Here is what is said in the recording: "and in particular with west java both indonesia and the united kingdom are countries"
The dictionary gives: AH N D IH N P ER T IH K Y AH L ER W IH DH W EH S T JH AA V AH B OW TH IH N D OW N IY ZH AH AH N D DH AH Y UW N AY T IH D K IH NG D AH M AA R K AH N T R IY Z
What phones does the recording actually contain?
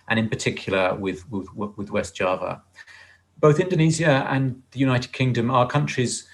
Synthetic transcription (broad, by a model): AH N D IH N P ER T IH K Y AH W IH W IH DH W EH S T JH AA V AH B OW TH IH N D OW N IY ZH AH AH N DH AH Y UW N AY T IH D K IH NG D AH M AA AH K AH N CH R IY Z